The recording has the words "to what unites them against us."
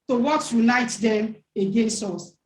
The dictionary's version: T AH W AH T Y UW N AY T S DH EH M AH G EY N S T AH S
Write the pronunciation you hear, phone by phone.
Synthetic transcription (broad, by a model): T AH W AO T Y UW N AY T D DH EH M AH G EY N S T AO S